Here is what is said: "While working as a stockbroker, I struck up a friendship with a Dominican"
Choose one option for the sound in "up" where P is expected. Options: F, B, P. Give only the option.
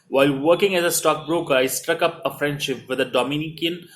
P